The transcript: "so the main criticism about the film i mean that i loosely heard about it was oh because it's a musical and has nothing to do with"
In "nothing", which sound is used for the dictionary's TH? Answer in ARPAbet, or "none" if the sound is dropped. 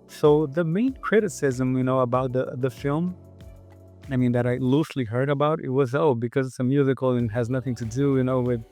TH